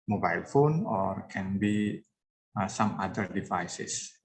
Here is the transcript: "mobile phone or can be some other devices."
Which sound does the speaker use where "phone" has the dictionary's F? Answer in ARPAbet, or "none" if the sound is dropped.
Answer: F